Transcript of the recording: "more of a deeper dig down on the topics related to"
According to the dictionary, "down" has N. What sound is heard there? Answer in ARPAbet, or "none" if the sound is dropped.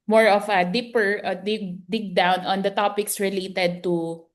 N